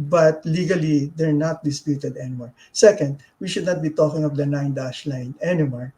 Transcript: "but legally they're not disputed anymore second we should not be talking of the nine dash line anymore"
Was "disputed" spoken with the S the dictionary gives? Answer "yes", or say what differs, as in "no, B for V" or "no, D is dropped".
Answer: yes